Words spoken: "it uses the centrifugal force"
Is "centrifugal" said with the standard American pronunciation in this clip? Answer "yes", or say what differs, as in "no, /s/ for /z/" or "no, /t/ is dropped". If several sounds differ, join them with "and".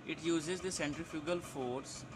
yes